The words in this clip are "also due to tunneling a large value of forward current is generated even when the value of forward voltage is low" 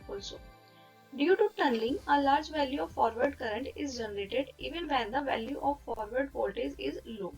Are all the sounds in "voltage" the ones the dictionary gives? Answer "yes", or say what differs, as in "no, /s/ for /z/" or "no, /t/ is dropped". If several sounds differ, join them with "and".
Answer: no, /z/ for /dʒ/